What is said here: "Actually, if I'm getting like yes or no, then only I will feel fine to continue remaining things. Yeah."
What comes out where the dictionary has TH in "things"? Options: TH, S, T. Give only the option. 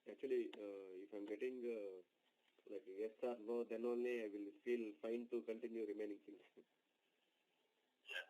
S